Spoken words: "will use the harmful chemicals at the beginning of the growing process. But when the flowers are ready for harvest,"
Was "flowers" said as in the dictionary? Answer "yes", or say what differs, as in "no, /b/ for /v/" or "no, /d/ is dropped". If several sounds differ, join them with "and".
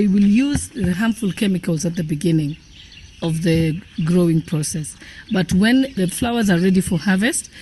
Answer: yes